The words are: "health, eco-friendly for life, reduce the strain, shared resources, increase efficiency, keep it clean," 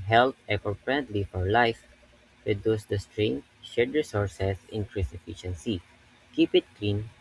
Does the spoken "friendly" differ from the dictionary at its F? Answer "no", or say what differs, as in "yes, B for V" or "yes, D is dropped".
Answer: yes, P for F